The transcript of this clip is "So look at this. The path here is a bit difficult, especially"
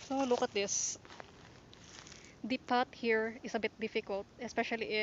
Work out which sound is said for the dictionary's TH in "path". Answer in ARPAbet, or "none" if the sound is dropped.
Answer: T